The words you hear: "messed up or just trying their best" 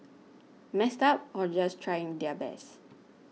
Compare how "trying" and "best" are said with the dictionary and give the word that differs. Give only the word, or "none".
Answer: best